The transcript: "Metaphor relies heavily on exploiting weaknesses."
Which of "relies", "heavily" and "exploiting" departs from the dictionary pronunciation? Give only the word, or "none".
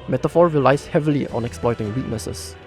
relies